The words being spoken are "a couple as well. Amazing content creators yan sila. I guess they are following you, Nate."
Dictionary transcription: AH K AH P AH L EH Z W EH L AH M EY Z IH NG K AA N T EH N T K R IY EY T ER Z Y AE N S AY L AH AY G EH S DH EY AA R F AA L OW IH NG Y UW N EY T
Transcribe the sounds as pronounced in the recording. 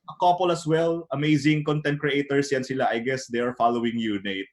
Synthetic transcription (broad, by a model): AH K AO P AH L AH S W EH L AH M EY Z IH NG K AA N T EH N T K R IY EY T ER S Y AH N S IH L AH AY G EH S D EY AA R F AA L OW IH NG Y UW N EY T